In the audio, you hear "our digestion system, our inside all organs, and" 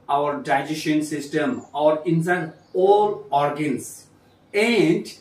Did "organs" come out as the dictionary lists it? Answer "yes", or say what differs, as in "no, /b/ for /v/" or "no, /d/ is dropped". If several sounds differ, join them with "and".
no, /s/ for /z/